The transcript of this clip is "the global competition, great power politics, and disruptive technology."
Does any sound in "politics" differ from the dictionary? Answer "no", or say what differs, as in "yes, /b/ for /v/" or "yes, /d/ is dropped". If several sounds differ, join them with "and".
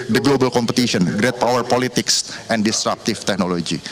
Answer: no